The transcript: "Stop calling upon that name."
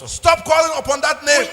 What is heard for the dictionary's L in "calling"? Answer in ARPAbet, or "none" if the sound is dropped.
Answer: L